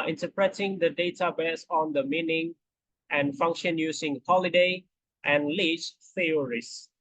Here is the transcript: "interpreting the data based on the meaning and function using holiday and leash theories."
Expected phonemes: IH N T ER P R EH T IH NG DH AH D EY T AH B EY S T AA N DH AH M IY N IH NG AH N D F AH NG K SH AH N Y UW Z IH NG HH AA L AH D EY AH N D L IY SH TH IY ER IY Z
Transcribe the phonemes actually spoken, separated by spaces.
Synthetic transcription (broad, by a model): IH N T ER P R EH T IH NG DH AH D EY T AH B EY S AA N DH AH M IY N IH NG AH N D F AH NG K SH AH N Y UW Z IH NG HH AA L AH D EY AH N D L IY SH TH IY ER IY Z